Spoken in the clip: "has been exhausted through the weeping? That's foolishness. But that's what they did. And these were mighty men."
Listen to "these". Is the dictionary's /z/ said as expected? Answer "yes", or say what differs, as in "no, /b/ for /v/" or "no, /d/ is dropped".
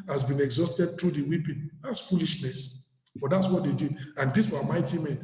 no, /s/ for /z/